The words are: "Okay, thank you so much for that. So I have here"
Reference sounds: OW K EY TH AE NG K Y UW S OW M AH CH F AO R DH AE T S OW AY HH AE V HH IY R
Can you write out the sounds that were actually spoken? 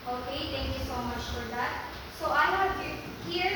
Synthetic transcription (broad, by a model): OW K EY T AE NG K Y UW S OW M AH CH F AO R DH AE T S OW AY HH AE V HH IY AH